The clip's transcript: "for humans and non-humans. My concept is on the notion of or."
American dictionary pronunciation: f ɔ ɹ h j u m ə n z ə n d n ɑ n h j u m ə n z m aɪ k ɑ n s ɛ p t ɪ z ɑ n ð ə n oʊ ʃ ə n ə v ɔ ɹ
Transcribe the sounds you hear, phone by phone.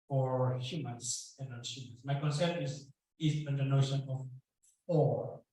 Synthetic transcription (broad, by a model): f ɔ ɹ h j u m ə n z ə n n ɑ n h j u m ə n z m aɪ k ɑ n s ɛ t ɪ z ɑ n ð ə n oʊ ʃ ə n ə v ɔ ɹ